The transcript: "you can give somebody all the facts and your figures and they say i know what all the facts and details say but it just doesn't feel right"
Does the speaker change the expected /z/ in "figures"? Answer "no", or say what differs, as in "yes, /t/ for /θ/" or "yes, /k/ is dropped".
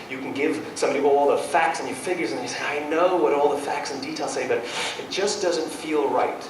no